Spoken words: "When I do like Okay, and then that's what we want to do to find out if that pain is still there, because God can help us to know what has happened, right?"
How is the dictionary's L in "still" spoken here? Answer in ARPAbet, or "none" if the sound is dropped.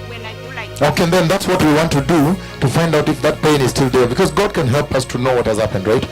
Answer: L